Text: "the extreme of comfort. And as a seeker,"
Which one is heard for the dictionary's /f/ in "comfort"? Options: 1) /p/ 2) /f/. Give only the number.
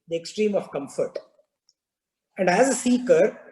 2